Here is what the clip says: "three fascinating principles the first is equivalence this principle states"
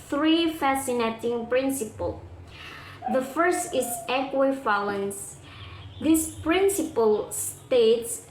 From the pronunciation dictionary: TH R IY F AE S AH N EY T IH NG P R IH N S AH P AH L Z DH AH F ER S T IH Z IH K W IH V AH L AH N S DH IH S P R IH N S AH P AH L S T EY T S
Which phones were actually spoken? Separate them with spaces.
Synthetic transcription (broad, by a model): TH R IY F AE S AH N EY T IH NG P R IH N S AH P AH L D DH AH F ER S T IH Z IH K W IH F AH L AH N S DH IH S P R IH N S AH P AH L S T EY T S